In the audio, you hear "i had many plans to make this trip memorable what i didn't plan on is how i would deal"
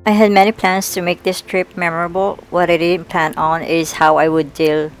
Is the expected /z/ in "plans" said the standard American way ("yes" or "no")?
no